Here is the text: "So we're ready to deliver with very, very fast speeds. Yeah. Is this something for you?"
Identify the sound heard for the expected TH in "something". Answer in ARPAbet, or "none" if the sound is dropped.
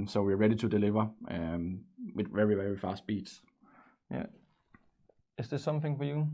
TH